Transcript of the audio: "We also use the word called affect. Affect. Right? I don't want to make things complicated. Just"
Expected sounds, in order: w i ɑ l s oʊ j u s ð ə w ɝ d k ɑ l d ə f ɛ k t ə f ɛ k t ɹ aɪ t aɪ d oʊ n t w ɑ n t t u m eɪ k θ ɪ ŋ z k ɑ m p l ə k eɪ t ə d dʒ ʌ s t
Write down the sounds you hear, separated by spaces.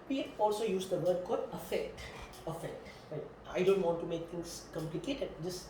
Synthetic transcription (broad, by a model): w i ɑ l s oʊ j u s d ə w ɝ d k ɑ d ə f ɛ k t ə f ɛ k t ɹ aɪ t aɪ d oʊ n t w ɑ n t t u m eɪ k t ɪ ŋ s k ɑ m p l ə k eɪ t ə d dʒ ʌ s